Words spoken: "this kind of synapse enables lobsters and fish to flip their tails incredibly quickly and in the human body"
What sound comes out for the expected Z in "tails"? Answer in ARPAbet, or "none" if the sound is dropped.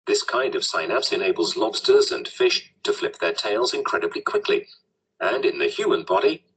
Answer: Z